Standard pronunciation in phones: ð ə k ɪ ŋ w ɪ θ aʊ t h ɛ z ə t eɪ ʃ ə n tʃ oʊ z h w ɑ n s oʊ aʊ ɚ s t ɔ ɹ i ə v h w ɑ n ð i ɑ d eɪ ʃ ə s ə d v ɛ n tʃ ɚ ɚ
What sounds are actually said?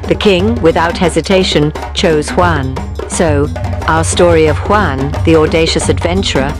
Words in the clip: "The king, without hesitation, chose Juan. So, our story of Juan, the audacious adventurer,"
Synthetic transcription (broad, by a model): ð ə k ɪ ŋ w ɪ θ aʊ t h ɛ z ə t eɪ ʃ ə n tʃ oʊ z h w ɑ n s oʊ aʊ ɚ s t ɔ ɹ i ə v h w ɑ n ð i ɑ d eɪ ʃ ə s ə d v ɛ n tʃ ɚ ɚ